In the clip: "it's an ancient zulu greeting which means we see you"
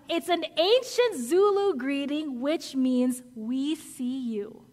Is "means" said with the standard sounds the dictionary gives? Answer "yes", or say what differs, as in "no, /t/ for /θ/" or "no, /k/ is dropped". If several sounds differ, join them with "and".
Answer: yes